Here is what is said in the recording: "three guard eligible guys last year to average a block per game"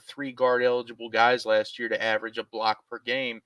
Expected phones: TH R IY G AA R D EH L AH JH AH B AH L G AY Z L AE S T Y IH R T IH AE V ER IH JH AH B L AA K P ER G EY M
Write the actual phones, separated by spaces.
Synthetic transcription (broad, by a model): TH R IY G AA R D EH L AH JH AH B L G AY Z L AE S T Y IH R T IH AE V ER IH JH AH B L AA K P ER G EY M